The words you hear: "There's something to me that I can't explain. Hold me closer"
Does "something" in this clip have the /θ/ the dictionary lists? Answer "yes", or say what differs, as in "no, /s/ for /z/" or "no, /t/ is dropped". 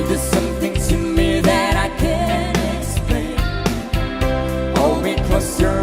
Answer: yes